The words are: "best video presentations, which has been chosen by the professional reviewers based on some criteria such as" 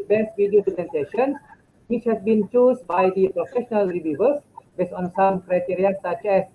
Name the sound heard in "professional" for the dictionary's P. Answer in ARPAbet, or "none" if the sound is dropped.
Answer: P